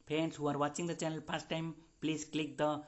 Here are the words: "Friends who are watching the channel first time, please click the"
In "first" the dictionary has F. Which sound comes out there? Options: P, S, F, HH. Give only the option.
P